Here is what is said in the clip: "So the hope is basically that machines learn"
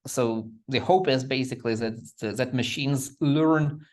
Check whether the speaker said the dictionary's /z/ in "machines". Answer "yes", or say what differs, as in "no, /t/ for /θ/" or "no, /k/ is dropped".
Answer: yes